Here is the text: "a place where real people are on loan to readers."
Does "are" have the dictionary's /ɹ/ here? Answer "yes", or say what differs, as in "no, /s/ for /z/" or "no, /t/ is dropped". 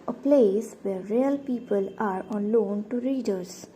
yes